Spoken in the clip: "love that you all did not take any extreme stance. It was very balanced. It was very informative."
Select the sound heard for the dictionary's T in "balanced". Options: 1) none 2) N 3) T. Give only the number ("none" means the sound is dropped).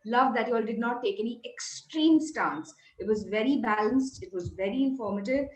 3